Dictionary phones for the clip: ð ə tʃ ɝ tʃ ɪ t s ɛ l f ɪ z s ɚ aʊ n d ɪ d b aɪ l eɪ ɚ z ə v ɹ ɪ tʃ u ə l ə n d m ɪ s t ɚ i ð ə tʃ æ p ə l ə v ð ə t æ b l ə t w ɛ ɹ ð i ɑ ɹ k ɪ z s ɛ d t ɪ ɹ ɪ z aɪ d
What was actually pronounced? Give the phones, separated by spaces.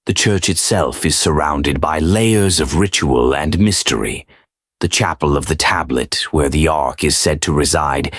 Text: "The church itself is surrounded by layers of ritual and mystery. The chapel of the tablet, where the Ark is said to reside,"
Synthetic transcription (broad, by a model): ð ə tʃ ɝ tʃ ɪ t s ɛ l f ɪ z s ɚ aʊ n d ɪ d b aɪ l eɪ ɚ z ə v ɹ ɪ tʃ u ə l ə n m ɪ s t ɚ i ð ə tʃ æ p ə l ə v ð ə t æ b l ə t w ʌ ɹ ð i ɑ ɹ k ɪ z s ɛ d t ɪ ɹ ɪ z aɪ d